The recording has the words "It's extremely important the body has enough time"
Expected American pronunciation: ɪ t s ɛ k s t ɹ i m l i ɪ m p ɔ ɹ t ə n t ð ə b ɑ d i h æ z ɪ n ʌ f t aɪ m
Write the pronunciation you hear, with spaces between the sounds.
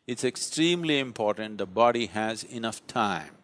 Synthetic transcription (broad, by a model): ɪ t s ɛ k s t ɹ i m l i ɪ m p ɔ ɹ t ə n t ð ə b ɑ d i h æ z ɪ n ʌ f t aɪ m